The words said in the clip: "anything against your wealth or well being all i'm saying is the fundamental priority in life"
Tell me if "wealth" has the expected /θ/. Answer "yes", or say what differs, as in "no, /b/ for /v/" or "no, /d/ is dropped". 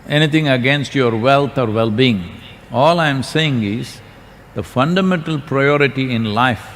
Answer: no, /t/ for /θ/